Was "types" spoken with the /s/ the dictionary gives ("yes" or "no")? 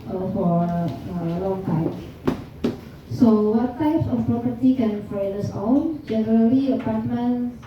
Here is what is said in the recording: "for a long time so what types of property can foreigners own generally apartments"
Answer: yes